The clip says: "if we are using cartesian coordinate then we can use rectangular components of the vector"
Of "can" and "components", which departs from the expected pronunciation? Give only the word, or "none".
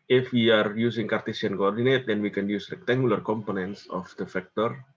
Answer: none